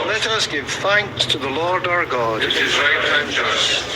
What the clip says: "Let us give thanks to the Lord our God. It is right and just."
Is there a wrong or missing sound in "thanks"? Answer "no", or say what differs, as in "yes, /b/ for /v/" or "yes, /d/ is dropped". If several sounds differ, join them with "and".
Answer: no